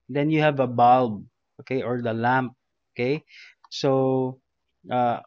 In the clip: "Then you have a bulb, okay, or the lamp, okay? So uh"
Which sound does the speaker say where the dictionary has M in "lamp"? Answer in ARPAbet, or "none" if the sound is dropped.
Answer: M